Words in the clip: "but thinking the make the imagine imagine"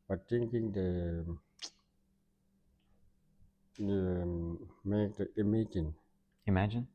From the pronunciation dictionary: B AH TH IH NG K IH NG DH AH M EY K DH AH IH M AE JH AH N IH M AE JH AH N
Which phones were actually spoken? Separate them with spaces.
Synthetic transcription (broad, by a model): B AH T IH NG K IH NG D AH M EY K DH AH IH M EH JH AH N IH M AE JH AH N